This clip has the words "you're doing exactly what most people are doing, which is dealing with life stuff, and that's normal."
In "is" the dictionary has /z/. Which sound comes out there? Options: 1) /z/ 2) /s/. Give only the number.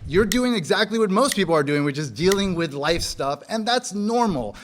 1